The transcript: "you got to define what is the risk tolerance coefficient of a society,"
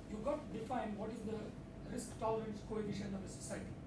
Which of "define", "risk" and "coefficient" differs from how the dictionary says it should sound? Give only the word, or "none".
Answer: coefficient